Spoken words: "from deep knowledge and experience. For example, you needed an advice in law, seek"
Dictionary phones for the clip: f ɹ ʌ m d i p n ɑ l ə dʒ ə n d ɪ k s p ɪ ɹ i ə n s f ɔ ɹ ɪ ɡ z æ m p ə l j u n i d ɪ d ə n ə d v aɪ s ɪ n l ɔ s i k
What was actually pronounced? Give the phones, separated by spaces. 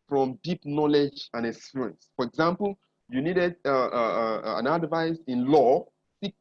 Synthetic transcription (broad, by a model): f ɹ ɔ m d i p n ɑ l ə dʒ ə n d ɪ s u ɹ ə n s f ɔ ɹ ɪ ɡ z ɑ m p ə l j u n i d ɪ d ə n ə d v aɪ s ɪ n l ɔ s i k